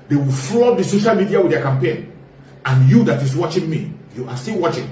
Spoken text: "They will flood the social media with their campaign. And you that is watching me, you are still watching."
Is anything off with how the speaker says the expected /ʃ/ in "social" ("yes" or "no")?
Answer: no